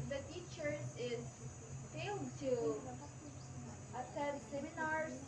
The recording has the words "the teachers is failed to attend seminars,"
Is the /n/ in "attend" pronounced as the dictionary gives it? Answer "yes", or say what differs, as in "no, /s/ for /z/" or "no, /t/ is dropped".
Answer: no, /n/ is dropped